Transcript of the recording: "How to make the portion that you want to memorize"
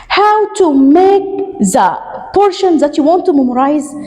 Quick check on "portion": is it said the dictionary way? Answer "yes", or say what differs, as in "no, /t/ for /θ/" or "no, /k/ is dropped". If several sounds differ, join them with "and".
yes